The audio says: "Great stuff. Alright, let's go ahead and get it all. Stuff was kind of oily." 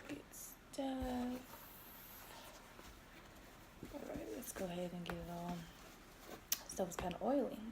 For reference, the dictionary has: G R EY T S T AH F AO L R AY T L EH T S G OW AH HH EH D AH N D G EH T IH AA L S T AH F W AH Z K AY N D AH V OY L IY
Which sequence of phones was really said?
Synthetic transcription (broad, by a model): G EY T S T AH AO R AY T L EH T S G OW AH HH EH D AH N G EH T AA L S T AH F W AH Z K AY N D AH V OY L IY